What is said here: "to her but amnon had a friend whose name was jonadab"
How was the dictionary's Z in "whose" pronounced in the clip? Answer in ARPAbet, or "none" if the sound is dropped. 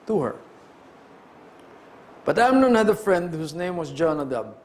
S